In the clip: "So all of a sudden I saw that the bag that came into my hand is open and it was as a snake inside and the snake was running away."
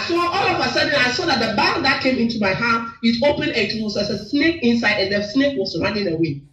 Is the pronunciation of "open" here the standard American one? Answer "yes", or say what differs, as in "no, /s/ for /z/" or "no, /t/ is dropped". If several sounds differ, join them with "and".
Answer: yes